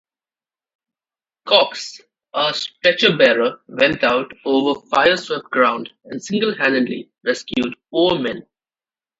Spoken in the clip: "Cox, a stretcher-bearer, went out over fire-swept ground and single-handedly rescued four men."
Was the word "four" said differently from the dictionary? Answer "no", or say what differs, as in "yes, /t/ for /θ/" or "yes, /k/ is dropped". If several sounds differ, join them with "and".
yes, /p/ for /f/